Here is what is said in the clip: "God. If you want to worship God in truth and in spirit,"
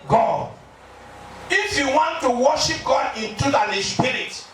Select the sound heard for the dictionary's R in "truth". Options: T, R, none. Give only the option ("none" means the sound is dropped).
none